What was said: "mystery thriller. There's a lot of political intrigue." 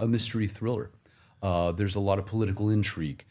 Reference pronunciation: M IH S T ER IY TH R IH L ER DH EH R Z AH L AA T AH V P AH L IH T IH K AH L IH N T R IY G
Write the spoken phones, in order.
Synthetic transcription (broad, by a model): M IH S T ER IY TH R IH L ER DH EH R Z AH L AA T AH V P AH L IH T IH K L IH N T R IY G